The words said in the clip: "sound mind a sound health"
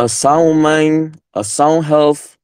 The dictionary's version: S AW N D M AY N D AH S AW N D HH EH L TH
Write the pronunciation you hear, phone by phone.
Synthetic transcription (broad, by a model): S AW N M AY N AH S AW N HH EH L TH